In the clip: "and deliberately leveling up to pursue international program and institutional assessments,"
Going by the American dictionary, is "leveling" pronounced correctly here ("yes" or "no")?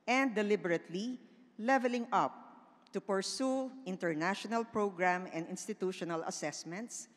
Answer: yes